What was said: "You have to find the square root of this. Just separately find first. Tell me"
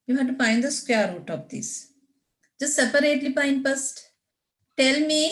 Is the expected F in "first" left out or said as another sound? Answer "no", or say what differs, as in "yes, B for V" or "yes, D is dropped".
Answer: yes, P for F